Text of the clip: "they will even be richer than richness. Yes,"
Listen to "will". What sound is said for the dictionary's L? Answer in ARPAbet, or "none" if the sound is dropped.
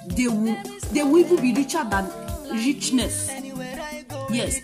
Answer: W